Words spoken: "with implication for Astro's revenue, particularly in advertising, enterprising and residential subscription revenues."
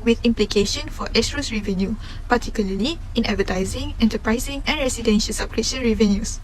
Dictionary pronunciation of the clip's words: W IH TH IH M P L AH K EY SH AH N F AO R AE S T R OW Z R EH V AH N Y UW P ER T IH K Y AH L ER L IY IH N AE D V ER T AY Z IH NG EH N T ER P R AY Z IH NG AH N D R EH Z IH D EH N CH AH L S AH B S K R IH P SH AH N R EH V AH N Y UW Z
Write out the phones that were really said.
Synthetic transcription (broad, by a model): W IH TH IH M P L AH K EY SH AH N F AO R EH S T R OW S R EH V AH N Y UW P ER T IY K Y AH L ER L IY IH N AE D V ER T AY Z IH NG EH N T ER P R AY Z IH NG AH N R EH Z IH D EH N SH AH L S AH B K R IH SH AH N R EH V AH N Y UW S